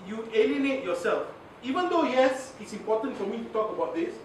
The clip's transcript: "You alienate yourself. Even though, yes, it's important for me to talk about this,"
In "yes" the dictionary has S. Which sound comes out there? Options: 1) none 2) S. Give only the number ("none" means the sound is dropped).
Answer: 2